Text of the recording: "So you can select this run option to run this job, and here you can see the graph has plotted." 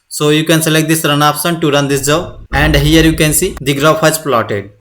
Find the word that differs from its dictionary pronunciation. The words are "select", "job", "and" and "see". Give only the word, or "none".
job